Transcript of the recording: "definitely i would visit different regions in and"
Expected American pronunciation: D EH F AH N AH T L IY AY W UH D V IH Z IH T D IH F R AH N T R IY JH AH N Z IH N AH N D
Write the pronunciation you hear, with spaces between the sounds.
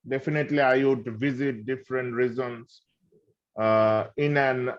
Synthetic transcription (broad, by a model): D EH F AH N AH T L IY AY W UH D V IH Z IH T D IH F R AH N T R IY Z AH N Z IH N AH N